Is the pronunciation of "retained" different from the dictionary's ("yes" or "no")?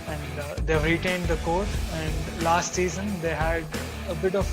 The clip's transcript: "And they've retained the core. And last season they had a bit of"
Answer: no